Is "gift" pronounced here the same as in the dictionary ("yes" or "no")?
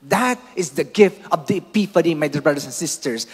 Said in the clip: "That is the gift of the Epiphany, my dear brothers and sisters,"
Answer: yes